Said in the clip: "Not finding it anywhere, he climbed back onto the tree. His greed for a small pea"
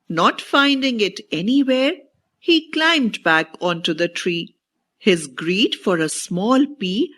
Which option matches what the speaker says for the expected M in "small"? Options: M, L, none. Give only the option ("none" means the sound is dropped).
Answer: M